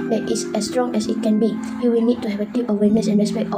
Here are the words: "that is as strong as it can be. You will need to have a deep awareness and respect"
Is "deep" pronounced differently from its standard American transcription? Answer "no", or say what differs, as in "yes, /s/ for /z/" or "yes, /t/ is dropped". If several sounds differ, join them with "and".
yes, /p/ is dropped